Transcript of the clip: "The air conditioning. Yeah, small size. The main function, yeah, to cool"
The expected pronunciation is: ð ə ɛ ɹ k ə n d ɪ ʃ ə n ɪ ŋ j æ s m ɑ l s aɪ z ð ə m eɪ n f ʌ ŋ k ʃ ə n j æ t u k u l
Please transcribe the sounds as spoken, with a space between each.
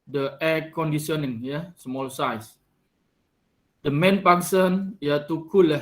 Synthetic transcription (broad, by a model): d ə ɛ k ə n d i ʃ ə n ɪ ŋ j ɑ s m ɑ l s aɪ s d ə m eɪ n p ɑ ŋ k s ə n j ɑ t u k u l